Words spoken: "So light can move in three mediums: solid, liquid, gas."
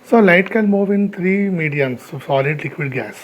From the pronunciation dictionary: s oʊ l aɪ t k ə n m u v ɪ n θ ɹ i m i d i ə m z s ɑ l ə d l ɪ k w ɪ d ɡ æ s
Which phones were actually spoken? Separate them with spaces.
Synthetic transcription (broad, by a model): s oʊ l aɪ t k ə l m u v ɪ n t ɹ i m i d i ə m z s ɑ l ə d l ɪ k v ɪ d ɡ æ s